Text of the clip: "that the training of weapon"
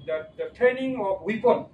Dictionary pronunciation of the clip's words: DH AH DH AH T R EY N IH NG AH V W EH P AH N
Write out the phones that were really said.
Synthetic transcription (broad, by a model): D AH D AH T EY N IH NG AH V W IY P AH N